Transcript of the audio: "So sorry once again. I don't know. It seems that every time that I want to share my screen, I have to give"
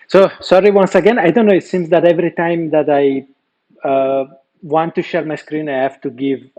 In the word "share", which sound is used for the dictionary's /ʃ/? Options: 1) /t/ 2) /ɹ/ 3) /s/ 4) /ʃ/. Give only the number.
4